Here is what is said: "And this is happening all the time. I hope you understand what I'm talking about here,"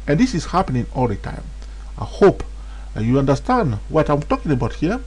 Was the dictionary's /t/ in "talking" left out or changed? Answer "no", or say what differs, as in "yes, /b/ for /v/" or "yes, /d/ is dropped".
no